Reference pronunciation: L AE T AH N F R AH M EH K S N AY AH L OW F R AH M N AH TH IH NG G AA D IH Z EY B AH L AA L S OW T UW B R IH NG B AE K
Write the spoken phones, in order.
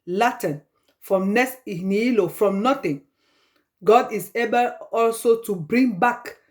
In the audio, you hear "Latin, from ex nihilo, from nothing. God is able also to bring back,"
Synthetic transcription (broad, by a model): L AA T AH N F R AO M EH S N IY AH L OW F R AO M N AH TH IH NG G AA D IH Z EY B AH L AA L S OW T UW B R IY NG B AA K